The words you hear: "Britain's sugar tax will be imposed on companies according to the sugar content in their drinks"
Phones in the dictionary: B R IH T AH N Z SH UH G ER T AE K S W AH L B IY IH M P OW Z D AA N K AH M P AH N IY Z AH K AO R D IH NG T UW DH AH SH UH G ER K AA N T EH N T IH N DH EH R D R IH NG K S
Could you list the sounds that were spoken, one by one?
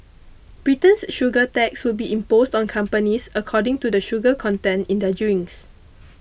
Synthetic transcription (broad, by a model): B R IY T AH N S SH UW G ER T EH K S W AH L B IY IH M P OW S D AA N K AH M P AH N IY S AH K AO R D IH NG T UW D AH SH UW G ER K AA N T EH N IH N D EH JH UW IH NG S